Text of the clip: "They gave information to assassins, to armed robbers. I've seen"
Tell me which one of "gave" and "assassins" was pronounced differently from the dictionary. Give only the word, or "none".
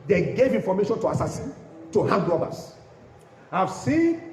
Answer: assassins